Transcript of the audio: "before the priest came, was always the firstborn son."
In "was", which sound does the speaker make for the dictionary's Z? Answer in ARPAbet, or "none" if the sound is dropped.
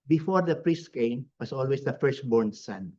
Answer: S